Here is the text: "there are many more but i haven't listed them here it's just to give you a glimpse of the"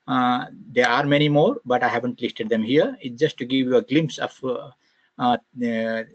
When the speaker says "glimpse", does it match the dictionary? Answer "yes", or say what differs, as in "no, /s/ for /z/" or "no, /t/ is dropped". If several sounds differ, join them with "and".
yes